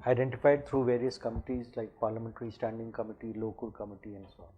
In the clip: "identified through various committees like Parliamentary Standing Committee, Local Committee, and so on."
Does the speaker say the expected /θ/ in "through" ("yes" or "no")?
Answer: no